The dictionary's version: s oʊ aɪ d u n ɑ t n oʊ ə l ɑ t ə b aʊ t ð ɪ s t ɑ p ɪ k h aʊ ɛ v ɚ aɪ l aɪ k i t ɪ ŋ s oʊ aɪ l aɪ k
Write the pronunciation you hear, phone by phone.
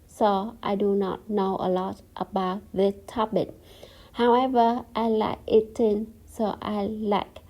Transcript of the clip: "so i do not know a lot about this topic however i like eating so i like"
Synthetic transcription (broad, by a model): s oʊ aɪ d u n ɑ t n oʊ ə l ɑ t ə b aʊ t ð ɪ t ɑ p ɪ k h aʊ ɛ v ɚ aɪ l aɪ k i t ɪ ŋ s oʊ aɪ l aɪ k